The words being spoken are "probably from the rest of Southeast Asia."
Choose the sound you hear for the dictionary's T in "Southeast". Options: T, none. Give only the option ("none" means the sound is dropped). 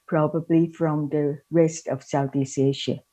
none